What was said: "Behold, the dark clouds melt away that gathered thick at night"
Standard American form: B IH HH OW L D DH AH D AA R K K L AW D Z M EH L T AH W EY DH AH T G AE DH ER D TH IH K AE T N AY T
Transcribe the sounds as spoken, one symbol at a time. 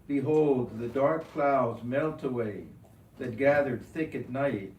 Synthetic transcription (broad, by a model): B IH HH OW L D DH AH D AA R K K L AW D Z M EH L T AH W EY DH AH T G AE DH ER D TH IH K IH T N AY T